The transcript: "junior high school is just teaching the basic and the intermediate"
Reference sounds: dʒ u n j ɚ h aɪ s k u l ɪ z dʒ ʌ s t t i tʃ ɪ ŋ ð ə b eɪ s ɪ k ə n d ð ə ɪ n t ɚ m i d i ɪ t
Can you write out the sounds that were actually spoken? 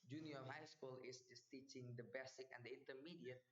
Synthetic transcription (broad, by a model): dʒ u n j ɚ h aɪ s k u l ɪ s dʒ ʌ s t t i tʃ ɪ ŋ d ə b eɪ s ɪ k ə n d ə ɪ n t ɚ m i d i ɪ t